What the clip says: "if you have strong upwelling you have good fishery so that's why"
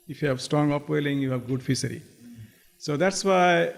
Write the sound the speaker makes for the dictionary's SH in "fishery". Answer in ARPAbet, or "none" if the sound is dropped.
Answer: S